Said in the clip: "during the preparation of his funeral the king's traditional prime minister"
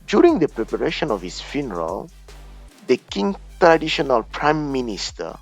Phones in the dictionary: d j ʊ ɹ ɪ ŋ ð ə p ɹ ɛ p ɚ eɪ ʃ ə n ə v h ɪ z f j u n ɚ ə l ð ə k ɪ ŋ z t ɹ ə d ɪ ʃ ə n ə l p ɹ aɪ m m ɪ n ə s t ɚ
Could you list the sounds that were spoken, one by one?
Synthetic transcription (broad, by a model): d j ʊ ɹ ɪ ŋ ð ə p ɹ ɛ p ɚ eɪ ʃ ə n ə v h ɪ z f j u n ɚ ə l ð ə k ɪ ŋ t ɹ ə d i ʃ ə n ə l p ɹ aɪ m m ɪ n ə s t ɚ